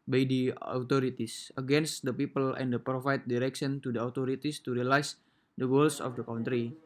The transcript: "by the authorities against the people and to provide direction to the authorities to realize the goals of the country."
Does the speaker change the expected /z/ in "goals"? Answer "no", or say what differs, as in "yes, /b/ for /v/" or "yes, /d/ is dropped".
yes, /s/ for /z/